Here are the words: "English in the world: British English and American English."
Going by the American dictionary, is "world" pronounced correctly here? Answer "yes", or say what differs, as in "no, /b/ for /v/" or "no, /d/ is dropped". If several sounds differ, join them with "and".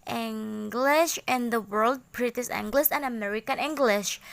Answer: yes